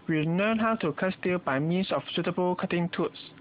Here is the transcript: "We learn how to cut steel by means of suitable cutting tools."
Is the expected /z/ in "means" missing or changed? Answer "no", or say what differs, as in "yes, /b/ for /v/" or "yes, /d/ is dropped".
yes, /s/ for /z/